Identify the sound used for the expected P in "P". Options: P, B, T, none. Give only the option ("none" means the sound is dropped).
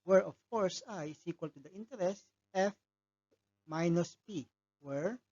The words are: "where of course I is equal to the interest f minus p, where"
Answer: P